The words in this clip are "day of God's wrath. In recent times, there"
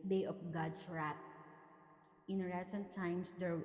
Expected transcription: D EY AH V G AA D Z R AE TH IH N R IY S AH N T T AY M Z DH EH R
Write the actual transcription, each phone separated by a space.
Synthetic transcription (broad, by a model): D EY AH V G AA D S R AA T IH N R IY S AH N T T AY M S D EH R